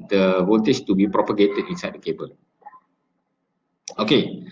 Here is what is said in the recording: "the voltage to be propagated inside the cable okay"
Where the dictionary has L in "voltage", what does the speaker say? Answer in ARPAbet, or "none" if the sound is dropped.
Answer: N